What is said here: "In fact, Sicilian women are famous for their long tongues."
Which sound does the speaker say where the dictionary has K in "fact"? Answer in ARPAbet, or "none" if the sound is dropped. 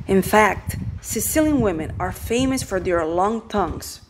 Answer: K